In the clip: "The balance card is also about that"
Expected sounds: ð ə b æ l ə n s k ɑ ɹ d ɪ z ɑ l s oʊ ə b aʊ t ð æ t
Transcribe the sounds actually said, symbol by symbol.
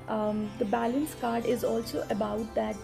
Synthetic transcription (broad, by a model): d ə b æ l ə n s k ɑ ɹ d ɪ z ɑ l s oʊ ə b aʊ t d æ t